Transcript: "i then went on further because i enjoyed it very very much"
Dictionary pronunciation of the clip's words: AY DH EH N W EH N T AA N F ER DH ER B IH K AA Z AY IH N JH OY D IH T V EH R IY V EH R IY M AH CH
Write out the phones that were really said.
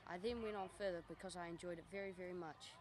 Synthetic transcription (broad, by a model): AY DH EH N W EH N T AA N F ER DH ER B IH K AA Z AY IH N JH OY D IH T V EH R IY V EH R IY M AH CH